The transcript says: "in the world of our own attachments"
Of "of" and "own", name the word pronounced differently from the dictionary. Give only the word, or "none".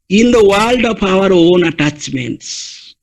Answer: of